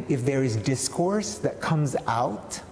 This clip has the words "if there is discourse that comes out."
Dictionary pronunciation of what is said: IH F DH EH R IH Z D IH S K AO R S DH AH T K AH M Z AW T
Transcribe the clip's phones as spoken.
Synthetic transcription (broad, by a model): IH F DH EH R IH Z D IH S K AO R S DH AH T K AH M Z AW T